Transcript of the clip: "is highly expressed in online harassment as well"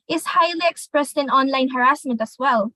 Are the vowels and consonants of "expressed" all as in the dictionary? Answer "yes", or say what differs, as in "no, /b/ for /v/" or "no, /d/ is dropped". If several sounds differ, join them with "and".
yes